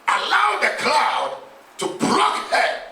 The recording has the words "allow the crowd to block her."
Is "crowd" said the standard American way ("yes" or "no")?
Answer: no